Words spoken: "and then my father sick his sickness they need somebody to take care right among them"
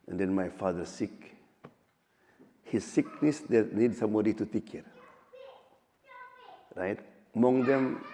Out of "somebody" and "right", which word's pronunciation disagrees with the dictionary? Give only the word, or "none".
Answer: somebody